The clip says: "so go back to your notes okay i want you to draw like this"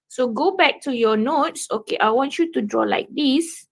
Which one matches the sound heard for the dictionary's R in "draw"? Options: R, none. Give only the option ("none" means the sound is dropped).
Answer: R